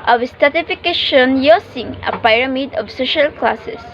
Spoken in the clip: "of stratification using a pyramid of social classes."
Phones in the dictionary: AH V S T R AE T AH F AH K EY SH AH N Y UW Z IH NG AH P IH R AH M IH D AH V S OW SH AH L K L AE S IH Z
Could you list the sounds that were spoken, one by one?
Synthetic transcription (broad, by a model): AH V S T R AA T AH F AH K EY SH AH N Y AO S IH NG AH P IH R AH M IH D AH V S OW SH AH L K L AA S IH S